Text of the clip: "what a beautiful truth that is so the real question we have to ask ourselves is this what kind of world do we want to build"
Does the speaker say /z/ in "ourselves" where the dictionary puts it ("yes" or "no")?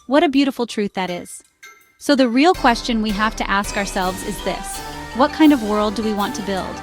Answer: yes